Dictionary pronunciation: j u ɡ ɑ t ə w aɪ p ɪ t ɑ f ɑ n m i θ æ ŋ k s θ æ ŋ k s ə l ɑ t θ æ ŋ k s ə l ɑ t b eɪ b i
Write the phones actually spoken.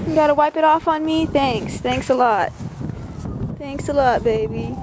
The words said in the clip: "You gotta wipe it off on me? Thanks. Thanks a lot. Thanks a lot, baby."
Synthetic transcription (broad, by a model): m ɡ ɑ t ə w aɪ p ɪ t ɑ f n m i θ æ ŋ k s θ æ ŋ k s ə l ɑ t θ æ ŋ k s ə l ɑ t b eɪ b i